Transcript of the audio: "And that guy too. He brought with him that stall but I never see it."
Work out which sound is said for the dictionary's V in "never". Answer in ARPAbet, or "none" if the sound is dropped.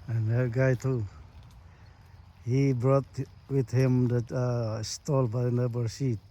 B